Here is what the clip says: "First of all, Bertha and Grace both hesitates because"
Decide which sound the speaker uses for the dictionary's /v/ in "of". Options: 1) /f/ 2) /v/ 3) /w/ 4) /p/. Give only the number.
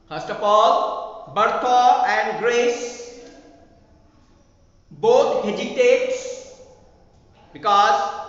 4